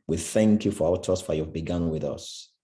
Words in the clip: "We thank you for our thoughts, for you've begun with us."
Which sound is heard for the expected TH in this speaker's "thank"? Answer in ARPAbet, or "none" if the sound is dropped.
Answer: TH